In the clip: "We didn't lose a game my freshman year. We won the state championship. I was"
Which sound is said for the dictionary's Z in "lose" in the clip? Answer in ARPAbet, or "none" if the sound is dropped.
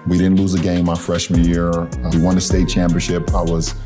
Z